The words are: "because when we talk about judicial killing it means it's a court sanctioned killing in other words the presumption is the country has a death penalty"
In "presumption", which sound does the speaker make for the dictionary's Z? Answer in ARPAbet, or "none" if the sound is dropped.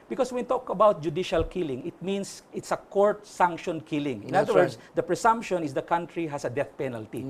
S